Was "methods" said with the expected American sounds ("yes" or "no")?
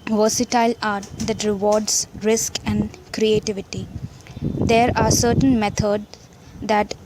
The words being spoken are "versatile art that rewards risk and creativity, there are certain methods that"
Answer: no